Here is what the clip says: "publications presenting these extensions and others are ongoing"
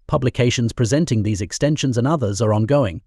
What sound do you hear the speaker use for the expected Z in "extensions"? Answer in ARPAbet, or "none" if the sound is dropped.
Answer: Z